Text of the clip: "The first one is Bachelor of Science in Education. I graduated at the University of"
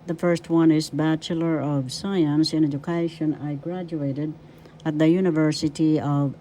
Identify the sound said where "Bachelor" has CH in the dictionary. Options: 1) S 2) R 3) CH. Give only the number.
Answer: 3